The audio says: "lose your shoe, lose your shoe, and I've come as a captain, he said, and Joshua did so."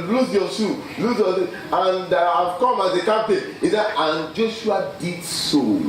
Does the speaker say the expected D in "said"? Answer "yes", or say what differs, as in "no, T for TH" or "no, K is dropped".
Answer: no, D is dropped